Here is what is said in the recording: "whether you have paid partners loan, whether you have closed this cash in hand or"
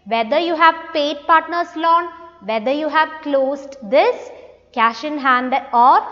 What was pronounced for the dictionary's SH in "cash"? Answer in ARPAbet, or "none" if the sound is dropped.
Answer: SH